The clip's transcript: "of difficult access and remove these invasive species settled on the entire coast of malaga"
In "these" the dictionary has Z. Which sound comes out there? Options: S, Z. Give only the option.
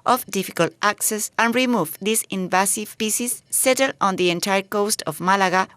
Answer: S